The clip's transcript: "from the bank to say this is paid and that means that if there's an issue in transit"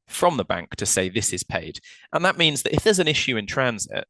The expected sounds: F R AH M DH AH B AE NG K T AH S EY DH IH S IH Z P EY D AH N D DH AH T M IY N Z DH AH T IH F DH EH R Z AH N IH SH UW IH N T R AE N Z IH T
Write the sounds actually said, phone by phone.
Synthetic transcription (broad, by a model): F R AH M DH AH B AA NG K T AH S EY DH IH S IH Z P EY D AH N DH AH T M IY N Z DH AH T IH F DH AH Z AH N IH SH UW IH N T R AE N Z IH T